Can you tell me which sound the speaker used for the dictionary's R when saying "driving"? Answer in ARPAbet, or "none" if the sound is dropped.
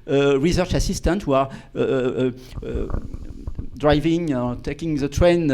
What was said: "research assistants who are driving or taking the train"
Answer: R